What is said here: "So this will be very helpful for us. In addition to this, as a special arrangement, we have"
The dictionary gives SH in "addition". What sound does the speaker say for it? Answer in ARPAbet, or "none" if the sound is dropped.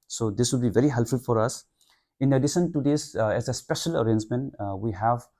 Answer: S